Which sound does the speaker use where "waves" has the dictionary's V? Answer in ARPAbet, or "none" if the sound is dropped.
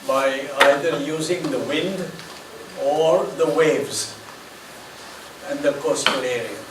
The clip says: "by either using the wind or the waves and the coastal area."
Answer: V